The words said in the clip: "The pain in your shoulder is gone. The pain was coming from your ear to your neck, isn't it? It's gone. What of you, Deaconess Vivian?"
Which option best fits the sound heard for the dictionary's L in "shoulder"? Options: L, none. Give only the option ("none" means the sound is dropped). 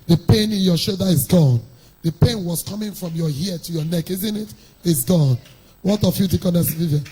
none